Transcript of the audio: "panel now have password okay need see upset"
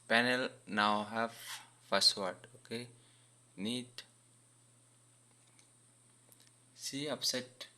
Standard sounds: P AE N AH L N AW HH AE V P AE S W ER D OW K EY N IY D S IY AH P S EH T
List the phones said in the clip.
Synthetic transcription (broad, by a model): P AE N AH L N AW HH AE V F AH S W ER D OW K EY N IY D S IY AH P S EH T